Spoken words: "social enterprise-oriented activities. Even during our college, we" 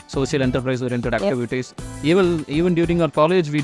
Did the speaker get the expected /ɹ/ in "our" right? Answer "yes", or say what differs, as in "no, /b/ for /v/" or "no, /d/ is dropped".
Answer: yes